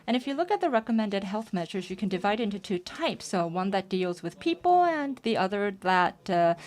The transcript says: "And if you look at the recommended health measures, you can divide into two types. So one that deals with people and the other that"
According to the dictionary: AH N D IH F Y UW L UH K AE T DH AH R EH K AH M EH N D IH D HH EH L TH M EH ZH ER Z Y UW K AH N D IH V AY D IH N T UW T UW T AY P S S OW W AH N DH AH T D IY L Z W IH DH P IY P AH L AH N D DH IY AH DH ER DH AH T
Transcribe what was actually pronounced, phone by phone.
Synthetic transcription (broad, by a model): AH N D IH F Y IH L UH K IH T DH AH R EH K AH M EH N D IH D HH EH L TH M EH ZH ER Z Y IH K AH N D IH V AY D IH N T UW T UW T AY P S S OW W AH N DH AH T D IY L Z W IH DH P IY P L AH N DH IY AH DH ER DH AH T